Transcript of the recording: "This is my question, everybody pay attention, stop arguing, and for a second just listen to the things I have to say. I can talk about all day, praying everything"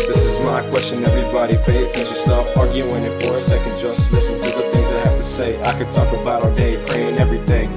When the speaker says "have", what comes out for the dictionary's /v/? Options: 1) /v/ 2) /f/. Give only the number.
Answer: 2